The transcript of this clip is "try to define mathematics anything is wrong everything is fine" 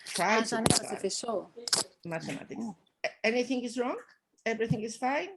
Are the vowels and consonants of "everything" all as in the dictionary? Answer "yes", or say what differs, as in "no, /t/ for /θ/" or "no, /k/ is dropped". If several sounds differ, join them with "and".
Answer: yes